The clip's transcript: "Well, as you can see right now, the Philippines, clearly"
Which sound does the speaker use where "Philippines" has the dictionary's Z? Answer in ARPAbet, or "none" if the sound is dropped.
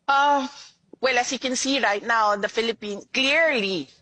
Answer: none